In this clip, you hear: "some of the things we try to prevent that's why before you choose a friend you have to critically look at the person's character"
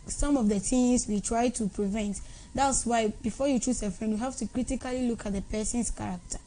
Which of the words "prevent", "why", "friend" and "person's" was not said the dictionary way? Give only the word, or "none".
person's